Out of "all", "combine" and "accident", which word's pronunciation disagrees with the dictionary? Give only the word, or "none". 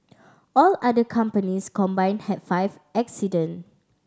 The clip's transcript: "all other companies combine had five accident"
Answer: accident